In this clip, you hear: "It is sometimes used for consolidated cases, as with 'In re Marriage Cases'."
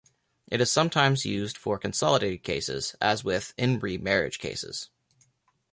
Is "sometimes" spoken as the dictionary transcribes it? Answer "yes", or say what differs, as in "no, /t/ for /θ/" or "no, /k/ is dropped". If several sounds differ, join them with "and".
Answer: yes